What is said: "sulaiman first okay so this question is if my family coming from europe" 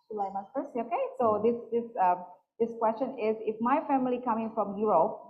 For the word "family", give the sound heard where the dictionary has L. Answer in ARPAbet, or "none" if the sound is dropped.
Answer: L